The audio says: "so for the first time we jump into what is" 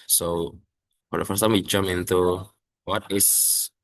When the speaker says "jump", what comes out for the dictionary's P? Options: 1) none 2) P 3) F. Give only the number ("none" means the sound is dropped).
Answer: 1